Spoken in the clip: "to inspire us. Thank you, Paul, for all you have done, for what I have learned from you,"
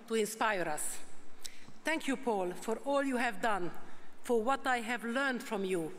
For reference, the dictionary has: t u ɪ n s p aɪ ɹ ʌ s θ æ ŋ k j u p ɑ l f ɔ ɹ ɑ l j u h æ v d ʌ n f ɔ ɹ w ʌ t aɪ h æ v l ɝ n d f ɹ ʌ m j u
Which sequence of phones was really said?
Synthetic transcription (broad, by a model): t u ɪ n s p aɪ ɹ ʌ s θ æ ŋ k j u p ɑ l f ɔ ɹ ɑ l j u h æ v d ʌ n f ɔ ɹ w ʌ t aɪ h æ v l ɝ n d f ɹ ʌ m j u